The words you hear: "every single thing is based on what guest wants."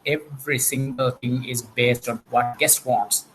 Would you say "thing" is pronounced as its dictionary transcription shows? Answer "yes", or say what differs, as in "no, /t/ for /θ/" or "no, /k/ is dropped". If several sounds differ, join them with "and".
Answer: no, /t/ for /θ/